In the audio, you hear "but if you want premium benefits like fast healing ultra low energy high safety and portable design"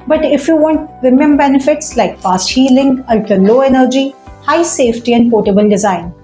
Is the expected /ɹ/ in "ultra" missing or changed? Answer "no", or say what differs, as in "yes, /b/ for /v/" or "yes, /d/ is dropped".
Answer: yes, /ɹ/ is dropped